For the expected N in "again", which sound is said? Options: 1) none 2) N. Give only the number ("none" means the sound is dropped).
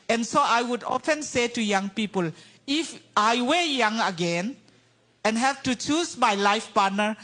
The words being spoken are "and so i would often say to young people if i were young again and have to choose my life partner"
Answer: 2